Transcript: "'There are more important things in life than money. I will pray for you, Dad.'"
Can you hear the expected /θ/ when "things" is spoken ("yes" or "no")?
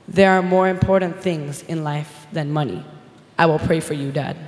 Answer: yes